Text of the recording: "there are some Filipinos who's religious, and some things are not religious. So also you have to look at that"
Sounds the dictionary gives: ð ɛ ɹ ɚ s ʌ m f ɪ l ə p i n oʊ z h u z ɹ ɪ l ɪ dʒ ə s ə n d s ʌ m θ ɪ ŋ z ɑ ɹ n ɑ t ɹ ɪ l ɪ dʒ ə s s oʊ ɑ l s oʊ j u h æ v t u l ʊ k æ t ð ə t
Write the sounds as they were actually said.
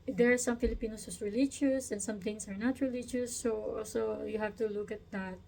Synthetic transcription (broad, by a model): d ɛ ɹ s ʌ m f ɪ l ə p i n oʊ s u s ɹ ɪ l ɪ dʒ ə s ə n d s ʌ m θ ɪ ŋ s ɑ ɹ n ɑ t ɹ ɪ l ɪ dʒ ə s s oʊ ɑ l s oʊ j u h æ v t u l ʊ k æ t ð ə t